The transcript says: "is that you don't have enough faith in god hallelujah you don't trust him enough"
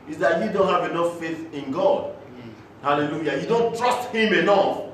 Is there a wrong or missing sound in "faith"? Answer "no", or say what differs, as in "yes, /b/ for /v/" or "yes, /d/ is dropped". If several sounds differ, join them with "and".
no